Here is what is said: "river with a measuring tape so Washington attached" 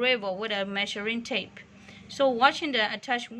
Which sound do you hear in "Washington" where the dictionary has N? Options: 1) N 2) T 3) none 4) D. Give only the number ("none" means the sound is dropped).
3